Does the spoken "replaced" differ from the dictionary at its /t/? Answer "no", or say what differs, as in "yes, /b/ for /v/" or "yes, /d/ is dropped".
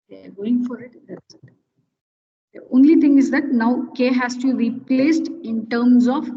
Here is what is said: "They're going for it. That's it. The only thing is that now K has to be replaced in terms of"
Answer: no